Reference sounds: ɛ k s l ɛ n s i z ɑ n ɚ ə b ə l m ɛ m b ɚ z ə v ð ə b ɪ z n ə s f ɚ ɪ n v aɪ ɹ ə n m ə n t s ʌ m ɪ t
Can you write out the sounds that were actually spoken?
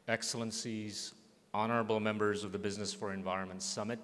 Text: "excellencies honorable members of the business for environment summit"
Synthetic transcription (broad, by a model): ɛ k s l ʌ n s i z ɑ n ɚ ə b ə l m ɛ m b ɚ z ə v ð ə b ɪ z n ə s f ɚ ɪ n v aɪ ɹ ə n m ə n t s ʌ m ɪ t